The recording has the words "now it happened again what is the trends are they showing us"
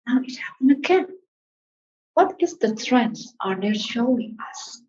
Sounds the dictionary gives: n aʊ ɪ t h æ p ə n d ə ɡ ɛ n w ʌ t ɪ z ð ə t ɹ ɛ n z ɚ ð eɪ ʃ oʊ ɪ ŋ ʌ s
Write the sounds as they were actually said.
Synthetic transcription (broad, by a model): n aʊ ɪ t h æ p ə n ə ɡ ɛ n w ʌ t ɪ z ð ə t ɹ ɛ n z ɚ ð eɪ ʃ oʊ ɪ ŋ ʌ s